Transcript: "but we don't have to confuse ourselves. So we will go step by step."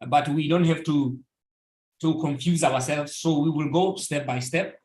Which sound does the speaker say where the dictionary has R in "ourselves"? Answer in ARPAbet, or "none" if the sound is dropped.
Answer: W